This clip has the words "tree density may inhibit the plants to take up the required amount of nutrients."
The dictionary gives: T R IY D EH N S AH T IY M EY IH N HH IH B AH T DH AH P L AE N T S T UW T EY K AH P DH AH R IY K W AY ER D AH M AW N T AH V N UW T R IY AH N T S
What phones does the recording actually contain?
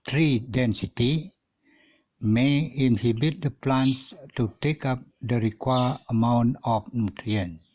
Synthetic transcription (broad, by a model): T R IY D EH N S AH T IY M EY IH N HH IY B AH T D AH P L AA N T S T UW T EY K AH P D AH R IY K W AY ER AH M AW N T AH F N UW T R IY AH N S